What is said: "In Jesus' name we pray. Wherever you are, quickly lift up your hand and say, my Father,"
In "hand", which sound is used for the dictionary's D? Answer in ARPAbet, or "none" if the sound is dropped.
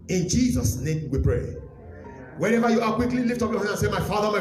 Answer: none